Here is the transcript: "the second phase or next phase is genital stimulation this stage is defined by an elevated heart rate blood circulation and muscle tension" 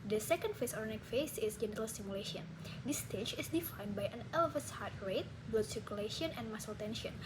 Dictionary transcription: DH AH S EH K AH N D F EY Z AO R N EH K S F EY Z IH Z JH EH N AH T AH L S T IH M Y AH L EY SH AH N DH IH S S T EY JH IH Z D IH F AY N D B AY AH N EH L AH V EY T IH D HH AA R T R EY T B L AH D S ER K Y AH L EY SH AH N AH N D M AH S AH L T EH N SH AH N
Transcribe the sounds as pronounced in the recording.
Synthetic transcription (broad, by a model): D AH S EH K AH N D F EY S AO R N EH K F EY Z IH S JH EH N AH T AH L S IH M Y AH L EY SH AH N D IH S S T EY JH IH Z D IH F AY N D B AY AH N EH L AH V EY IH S HH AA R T R EY T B AH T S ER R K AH L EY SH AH N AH N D M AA S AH L T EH N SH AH N